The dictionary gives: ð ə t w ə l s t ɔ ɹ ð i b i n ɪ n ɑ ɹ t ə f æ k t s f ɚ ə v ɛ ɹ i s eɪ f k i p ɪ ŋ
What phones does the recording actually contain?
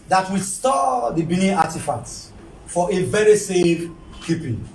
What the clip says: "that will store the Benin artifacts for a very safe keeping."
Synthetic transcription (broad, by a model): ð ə t w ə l s t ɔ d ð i b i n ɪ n ɑ t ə f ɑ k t f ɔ ə v ɛ ɹ i s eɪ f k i p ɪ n